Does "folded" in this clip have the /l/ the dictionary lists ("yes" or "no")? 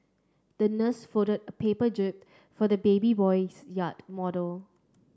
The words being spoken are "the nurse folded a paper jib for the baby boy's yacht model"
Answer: no